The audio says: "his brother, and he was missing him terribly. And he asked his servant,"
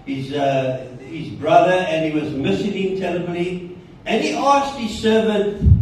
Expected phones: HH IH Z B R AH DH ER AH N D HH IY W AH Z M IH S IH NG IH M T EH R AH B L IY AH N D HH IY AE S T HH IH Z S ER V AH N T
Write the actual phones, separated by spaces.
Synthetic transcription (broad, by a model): HH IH Z B R AH DH ER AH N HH IY W AH Z M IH S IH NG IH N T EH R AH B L IY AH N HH IY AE S T HH IH Z S ER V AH N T